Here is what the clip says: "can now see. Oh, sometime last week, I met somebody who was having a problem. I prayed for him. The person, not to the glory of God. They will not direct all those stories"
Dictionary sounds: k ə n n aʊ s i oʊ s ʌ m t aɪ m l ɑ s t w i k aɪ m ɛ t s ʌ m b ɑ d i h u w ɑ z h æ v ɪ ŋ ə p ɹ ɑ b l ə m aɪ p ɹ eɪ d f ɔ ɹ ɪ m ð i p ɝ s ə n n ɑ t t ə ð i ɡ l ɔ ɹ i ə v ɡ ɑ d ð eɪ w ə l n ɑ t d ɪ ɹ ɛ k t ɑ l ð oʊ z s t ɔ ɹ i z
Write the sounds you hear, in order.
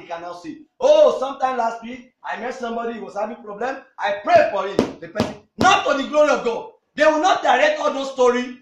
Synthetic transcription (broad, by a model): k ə n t s i oʊ s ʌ m t aɪ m l ɑ s t w i k aɪ m ɛ t s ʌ m b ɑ d i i w ɑ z h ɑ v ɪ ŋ p ɹ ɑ b l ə m aɪ p ɹ eɪ f ɔ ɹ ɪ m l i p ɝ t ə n n ɑ t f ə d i ɡ l ɔ ɹ i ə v ɡ ɑ d eɪ w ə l n ɑ t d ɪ ɹ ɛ k ɑ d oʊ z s t ɔ ɹ i